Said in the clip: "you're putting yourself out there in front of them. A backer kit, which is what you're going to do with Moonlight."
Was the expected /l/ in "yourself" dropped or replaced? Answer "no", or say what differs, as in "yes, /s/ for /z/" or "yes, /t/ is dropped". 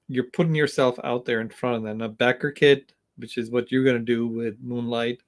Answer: no